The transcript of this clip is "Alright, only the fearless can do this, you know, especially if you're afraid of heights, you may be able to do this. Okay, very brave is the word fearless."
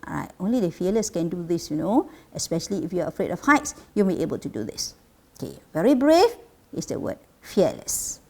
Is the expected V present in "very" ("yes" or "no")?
yes